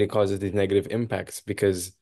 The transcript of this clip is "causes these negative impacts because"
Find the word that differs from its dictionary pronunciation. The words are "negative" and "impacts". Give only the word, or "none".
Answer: none